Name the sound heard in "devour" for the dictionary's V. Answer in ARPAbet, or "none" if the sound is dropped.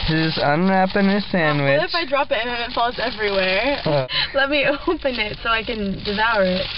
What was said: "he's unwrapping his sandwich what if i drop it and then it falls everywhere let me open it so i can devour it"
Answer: V